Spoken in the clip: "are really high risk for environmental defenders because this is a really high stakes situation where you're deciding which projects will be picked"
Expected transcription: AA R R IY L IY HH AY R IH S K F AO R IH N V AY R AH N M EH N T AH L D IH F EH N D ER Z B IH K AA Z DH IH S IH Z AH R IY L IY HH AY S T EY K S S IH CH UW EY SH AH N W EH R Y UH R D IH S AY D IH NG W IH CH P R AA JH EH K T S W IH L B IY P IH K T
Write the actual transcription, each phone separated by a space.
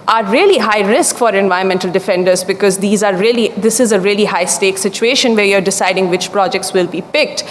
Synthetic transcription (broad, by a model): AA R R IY L IY HH AY R IH S K F AO R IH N V AY AH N M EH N T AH L D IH F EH N D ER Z B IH K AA Z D IH S IH Z AH R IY L IY HH AY S T EY K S S IH CH UW EY SH AH N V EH R Y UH R D IH S AY D IH NG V IH CH P R AA JH EH K T S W IH L B IY P IH K T